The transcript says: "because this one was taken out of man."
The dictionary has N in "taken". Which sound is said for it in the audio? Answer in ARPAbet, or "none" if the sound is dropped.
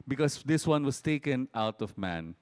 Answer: N